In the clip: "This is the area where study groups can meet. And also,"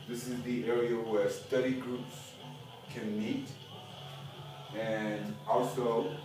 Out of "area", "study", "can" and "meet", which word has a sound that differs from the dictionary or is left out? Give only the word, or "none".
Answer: none